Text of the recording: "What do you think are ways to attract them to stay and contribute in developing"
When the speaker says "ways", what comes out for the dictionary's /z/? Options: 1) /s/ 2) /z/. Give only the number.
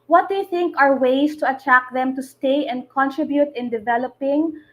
1